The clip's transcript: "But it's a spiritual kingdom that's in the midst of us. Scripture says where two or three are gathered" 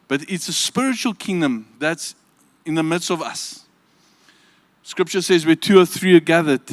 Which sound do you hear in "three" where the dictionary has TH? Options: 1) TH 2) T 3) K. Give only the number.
1